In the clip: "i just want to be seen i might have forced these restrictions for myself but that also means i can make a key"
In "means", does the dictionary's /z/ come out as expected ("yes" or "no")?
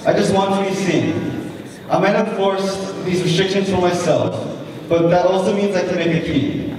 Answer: yes